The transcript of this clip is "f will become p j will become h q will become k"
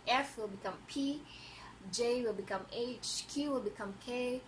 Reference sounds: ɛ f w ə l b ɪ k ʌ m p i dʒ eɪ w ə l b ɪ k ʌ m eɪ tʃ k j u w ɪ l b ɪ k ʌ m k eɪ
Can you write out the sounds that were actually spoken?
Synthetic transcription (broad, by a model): ɛ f w ə l b ɪ k ʌ m p i dʒ eɪ w ə l b ɪ k ʌ m eɪ tʃ k j u w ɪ l b ɪ k ʌ m k eɪ